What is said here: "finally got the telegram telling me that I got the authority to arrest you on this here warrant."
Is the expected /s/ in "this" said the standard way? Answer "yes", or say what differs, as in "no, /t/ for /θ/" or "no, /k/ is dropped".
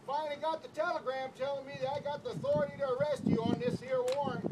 yes